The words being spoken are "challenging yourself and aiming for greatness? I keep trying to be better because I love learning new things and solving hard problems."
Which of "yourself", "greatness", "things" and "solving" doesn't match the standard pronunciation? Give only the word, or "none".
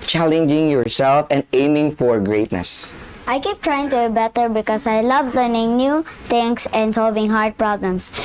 things